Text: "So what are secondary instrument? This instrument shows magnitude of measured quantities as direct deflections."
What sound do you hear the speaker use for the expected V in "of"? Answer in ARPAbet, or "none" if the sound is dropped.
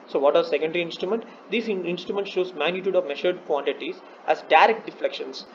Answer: V